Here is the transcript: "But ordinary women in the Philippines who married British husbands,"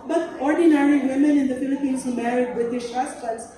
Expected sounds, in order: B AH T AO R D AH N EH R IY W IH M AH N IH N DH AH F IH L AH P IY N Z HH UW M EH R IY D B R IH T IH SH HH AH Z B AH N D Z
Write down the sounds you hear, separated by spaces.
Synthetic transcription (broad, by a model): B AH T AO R D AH N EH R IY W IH M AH N IH N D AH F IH L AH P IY N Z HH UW M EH R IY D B IH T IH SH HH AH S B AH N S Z